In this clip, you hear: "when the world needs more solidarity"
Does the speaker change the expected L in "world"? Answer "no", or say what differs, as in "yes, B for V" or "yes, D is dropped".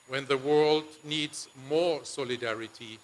no